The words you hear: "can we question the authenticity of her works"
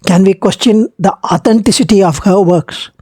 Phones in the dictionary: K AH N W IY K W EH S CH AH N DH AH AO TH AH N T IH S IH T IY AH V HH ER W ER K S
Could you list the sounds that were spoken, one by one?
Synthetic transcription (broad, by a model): K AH N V IY K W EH S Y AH N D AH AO T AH N T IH S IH T IY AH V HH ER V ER K S